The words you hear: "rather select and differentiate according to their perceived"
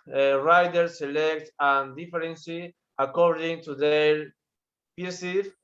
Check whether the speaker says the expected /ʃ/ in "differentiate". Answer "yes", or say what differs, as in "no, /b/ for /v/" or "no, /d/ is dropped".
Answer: no, /s/ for /ʃ/